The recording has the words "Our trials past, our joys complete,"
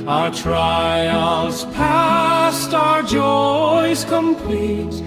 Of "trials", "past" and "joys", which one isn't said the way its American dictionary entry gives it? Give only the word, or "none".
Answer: none